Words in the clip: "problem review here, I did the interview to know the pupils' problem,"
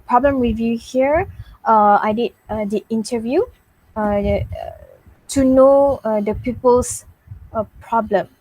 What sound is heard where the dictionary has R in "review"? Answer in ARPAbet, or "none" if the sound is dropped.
W